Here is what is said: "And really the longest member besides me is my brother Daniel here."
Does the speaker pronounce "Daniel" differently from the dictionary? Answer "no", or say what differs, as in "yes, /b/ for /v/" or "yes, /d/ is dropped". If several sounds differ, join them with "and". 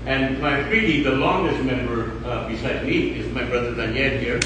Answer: yes, /n/ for /l/